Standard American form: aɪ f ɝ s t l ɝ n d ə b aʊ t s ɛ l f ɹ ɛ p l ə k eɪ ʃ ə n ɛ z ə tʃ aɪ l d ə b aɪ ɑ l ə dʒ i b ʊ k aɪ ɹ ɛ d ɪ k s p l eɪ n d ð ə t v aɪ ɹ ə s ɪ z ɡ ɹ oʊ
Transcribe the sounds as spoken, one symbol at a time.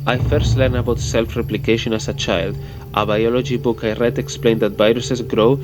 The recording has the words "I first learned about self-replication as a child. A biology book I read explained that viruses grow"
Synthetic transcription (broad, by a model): aɪ f ɝ s t l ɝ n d ə b aʊ t s ɛ l f ɹ ɛ p l ə k eɪ ʃ ə n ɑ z ə tʃ aɪ l d ə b aɪ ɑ l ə dʒ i b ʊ k aɪ ɹ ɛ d ɪ k s p l eɪ n d ð ə t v aɪ ɹ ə s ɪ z ɡ ɹ oʊ